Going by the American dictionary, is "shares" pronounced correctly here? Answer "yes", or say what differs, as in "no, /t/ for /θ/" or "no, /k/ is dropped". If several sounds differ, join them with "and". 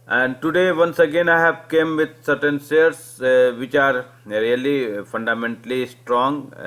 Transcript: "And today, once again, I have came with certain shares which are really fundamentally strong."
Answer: no, /s/ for /ʃ/